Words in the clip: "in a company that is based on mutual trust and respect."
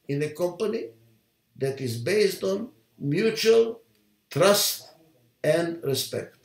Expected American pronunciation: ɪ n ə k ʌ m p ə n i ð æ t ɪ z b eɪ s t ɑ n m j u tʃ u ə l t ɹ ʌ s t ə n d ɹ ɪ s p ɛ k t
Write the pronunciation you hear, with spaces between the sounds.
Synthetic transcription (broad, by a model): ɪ n ə k ʌ m p ə n i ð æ t ɪ z b eɪ s t ɑ n m j u tʃ u ə l t ɹ ʌ s t ə n d ɹ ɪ s p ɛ k t